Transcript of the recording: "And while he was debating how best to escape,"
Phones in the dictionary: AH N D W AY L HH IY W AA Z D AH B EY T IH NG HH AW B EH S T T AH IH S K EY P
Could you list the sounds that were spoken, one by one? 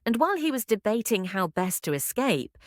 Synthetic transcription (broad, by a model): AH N W AY L IY W AA Z D AH B EY T IH NG HH AW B EH S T T AH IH S K EY P